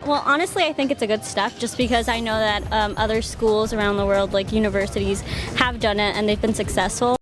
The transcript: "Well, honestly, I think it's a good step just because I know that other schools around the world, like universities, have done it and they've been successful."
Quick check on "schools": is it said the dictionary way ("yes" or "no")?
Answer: yes